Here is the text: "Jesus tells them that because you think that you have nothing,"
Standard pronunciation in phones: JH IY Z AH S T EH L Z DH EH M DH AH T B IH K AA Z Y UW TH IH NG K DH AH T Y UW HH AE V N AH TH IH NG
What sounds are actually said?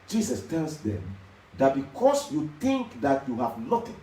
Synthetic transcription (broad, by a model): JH IY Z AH S T EH L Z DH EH M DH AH T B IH K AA S Y UW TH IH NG K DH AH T Y UW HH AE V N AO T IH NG